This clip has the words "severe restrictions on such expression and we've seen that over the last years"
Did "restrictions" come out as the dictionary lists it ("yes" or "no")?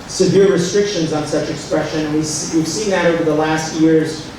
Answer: yes